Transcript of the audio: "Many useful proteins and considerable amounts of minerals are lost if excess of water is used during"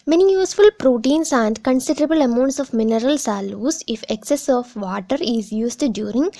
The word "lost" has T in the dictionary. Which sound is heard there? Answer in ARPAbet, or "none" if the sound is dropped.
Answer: none